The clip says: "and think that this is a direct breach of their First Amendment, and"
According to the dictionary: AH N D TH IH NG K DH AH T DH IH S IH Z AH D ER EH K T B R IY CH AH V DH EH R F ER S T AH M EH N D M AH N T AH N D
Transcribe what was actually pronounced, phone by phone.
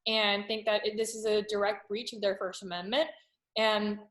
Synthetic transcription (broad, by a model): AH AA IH TH IH NG K DH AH T DH IH S IH Z AH D ER EH K T B R IY CH AH V DH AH R F ER S T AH M EH N M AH N T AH N